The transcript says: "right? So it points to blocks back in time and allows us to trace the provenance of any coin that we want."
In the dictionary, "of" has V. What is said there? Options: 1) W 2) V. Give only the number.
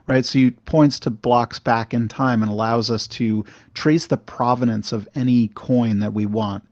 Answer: 2